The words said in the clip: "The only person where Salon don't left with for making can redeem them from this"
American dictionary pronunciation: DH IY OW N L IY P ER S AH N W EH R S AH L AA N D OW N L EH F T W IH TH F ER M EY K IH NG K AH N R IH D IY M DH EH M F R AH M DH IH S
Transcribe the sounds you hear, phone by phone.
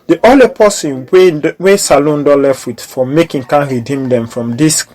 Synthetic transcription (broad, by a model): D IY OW L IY P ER S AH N W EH S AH L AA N D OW L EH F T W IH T F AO M EY K IH NG K AH N R IH D IY M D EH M F R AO M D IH S